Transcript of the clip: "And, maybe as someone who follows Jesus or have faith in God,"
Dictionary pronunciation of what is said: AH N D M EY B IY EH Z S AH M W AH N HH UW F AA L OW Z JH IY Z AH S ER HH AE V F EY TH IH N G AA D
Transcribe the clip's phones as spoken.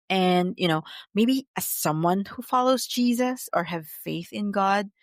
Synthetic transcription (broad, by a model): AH N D M EY B IY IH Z S AH M W AH N HH UW F AA L OW Z JH IY Z AH S ER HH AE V F EY TH IH N G AA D